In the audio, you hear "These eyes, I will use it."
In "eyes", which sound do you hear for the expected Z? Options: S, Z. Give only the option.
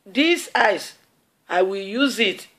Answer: S